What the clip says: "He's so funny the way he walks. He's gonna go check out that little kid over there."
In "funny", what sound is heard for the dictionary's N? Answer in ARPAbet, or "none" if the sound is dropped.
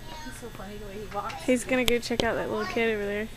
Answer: none